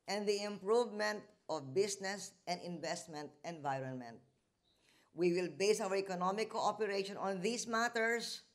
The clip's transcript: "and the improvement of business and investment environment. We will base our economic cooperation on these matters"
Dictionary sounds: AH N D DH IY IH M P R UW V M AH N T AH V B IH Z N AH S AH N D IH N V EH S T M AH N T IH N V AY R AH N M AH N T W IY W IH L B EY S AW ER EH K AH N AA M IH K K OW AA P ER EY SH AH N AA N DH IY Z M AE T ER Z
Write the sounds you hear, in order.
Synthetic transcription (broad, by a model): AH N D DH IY IH M P R UW V M AH N T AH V B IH S N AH S AH N D IH N V EH S T M AH N T IH N V AY R AH N M AH N T W IY W IH L B EY S AW ER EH K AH N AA M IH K K OW AA P ER EY SH AH N AA N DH IY S M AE T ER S